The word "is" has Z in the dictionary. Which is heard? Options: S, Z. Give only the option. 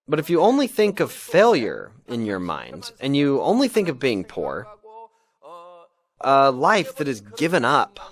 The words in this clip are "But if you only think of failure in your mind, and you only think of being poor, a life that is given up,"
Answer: Z